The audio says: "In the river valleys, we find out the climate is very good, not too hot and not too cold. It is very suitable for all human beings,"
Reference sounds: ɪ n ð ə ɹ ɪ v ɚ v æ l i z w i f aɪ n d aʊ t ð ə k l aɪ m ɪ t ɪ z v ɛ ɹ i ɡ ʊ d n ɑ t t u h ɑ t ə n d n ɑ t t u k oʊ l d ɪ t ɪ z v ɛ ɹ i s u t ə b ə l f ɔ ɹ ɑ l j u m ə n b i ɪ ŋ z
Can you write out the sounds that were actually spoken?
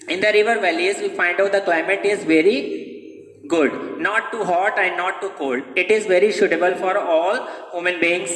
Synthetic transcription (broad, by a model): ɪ n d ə ɹ ɪ v ɚ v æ l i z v i f aɪ n d aʊ t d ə k l aɪ m ɪ t ɪ z v ɛ ɹ i ɡ ʊ d n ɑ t t u h ɑ t ə n d n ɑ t t u k oʊ l d ɪ t ɪ z v ɛ ɹ i ʃ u t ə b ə l f ɔ ɹ ɑ l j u m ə n b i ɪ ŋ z